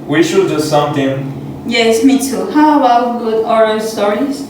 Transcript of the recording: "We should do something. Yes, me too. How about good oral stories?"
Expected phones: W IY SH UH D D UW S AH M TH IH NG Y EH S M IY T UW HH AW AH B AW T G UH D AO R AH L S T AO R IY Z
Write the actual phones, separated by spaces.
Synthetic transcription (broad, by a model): W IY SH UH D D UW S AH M T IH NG Y EH S M IY T UW HH AW AH B AW T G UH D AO R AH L S T AO R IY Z